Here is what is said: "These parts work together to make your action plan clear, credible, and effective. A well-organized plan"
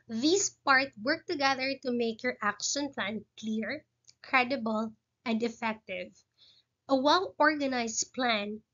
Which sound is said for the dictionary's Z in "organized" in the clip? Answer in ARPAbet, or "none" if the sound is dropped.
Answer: S